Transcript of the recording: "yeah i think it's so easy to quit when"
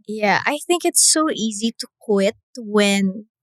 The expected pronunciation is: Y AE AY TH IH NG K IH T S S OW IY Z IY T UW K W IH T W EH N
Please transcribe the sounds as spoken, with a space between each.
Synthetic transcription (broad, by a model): Y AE AY TH IH NG K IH T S S OW IY Z IY T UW K W IH T W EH N